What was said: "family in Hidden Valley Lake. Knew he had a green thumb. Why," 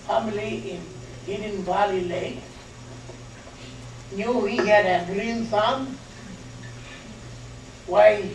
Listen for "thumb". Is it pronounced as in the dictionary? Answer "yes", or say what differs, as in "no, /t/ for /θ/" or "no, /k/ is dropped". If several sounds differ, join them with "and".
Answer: no, /s/ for /θ/